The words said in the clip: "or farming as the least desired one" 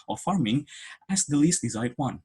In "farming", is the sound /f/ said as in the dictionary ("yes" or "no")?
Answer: yes